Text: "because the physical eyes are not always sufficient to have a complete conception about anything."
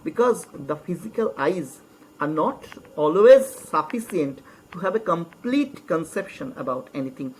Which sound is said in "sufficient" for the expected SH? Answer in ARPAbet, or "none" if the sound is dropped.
S